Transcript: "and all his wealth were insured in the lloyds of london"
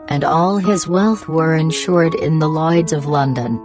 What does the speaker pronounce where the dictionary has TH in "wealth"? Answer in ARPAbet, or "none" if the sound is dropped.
TH